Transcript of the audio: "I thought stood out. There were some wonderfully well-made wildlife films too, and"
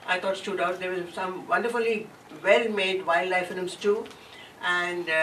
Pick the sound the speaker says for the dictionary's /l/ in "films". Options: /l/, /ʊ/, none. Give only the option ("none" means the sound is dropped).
none